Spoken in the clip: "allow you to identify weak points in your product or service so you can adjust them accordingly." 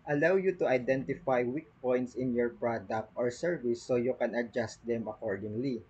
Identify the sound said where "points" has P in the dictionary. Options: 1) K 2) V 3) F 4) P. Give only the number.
4